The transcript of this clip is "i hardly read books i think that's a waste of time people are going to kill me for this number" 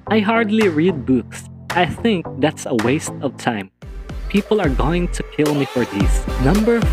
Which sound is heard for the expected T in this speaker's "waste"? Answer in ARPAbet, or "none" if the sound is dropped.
T